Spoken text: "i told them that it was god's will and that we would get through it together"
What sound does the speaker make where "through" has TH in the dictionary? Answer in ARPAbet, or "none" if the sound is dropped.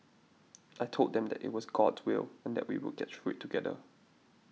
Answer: F